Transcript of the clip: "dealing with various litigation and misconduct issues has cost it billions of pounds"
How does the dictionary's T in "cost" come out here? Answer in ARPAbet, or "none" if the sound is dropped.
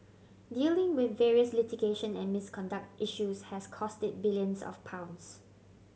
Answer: T